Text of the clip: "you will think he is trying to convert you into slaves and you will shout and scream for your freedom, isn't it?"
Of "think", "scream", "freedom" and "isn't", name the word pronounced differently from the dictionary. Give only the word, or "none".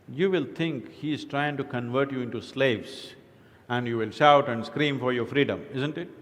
think